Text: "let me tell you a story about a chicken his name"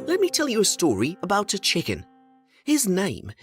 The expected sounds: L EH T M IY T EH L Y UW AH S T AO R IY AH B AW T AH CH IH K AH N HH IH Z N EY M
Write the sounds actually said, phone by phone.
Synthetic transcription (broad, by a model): L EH T M IY T EH L Y AH S T AO R IY AH B AW T AH CH IH K AH N HH IH Z N EY M